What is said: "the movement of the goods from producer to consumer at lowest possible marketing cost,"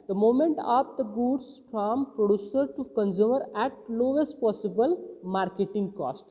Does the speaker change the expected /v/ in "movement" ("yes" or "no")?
yes